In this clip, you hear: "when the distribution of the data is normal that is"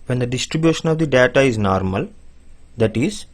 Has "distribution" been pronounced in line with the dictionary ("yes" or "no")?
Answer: yes